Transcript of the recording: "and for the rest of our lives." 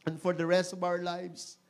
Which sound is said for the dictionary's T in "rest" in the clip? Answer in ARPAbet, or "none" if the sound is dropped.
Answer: T